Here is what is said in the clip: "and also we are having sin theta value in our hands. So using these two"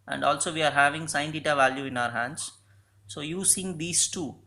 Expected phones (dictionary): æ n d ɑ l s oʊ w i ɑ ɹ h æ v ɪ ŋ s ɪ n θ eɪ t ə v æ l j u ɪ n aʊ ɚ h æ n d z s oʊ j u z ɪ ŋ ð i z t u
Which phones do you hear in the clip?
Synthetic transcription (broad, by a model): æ n d ɑ l s oʊ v i ɑ ɹ h æ v ɪ ŋ s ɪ n t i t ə v æ l j u ɪ n aʊ ɚ h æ n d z s oʊ j u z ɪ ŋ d i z t u